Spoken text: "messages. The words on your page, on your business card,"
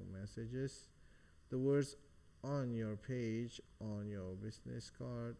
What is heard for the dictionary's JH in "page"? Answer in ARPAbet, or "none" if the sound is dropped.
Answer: JH